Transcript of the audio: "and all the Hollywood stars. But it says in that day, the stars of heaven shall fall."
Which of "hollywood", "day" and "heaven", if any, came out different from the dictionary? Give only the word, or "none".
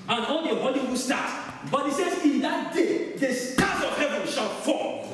hollywood